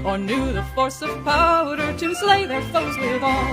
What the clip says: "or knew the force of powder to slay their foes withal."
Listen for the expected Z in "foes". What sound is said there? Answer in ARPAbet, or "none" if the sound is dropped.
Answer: Z